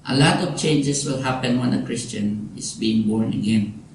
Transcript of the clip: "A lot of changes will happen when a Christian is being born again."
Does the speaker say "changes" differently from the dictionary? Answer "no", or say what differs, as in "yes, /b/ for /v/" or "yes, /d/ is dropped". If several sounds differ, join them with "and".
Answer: yes, /s/ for /z/